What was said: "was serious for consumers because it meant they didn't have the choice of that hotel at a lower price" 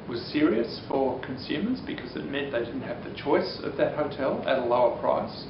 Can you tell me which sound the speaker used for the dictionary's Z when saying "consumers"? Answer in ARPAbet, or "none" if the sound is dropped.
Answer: Z